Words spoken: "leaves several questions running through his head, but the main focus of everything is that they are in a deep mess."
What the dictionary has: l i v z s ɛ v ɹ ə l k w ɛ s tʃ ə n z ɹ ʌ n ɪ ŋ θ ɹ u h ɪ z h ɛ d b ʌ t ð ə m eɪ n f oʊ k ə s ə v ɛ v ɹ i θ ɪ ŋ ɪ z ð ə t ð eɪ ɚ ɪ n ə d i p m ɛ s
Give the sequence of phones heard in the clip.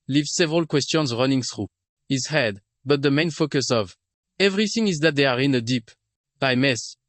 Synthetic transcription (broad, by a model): l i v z s ɛ v ɹ ə l k w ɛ s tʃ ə n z ɹ ʌ n ɪ ŋ θ ɹ u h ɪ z h ɛ d b ʌ t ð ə m eɪ n f oʊ k ə s ə v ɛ v ɹ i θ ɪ ŋ ɪ z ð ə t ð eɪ ɚ ɪ n ə d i p m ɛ s